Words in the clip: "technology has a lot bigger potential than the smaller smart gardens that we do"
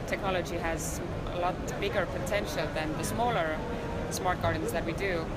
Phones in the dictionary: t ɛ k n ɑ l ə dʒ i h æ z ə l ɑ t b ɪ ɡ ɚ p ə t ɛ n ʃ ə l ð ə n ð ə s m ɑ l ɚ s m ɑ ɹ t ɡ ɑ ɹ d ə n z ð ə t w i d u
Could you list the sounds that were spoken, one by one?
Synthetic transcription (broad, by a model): t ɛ k n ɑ l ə dʒ i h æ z ə l ɑ t b ɪ ɡ ɚ p ə t ɛ n ʃ ə l ð ə n ð ə s m ɑ l ɚ s m ɑ ɹ t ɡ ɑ ɹ d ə n z ð ə t w i d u